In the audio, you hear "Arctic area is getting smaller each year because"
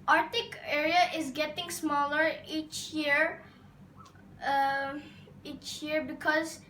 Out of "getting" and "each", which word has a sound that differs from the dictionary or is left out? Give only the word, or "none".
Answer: none